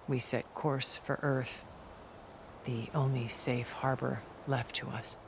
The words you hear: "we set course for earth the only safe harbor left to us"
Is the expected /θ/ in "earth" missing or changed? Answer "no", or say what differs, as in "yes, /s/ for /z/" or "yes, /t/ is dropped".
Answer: no